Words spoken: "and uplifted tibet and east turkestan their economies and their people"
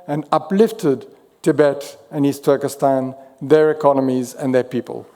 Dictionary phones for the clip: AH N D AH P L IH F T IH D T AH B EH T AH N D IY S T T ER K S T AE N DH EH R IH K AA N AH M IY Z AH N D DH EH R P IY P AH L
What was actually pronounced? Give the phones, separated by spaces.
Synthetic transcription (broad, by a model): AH N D AH P L IH F T IH D T AH B EH T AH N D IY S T T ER K S T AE N DH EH R IH K AA N AH M IY Z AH N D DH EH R P IY P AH L